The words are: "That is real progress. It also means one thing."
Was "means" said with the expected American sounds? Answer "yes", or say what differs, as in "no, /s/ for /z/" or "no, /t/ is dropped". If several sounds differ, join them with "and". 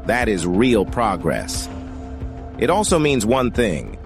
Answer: yes